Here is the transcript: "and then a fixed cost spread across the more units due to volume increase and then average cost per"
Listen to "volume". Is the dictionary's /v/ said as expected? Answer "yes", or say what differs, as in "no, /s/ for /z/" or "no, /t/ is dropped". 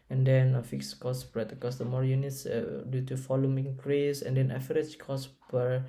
no, /f/ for /v/